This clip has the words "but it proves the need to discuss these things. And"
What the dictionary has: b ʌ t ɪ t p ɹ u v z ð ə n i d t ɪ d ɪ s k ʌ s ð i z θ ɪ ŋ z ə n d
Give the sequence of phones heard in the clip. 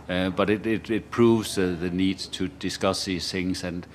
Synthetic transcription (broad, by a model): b ʌ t ɪ t p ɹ u v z ð ə n i d t ɪ d ɪ s k ʌ s ð i z θ ɪ ŋ z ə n